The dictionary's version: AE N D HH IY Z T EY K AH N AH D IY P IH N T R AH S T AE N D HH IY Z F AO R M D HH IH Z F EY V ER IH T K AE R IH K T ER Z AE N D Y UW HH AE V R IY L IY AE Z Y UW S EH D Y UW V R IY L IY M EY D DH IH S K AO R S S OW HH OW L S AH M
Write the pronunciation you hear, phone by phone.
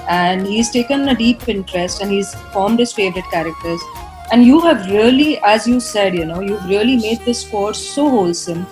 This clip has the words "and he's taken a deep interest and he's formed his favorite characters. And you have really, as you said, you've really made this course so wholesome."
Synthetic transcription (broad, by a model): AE N D HH IY Z T EY K AH N AH D IY P IH N T R AH S T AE N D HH IY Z F AO R M D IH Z F EY V ER IH T K AE R IH K T ER Z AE N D Y UW HH AE V R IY L IY AE Z Y UW S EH D Y UW V R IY L IY M EY D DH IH S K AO R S S OW HH OW L S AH M